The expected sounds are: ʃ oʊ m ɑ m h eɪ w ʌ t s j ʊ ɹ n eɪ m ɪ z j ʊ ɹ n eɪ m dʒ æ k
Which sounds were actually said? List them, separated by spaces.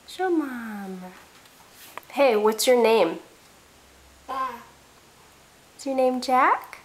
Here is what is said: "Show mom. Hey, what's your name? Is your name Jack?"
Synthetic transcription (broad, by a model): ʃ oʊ m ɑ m h eɪ w ʌ t s j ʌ ɹ n eɪ m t s j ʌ ɹ n eɪ m dʒ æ k